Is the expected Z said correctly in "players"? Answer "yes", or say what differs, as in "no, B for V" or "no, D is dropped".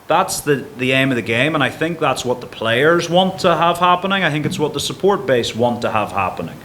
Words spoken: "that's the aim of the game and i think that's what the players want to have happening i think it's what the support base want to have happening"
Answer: yes